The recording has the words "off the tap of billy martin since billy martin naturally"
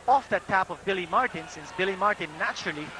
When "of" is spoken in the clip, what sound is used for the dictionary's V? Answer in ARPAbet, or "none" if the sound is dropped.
V